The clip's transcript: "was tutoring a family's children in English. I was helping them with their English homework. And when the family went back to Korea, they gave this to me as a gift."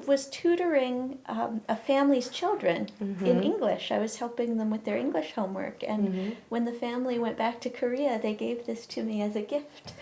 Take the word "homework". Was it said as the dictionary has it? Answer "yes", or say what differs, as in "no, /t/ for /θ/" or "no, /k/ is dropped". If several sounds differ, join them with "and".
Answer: yes